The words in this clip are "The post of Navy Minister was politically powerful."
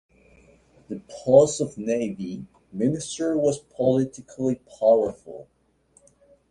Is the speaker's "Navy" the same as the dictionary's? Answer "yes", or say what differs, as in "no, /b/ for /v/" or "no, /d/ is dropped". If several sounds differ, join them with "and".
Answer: yes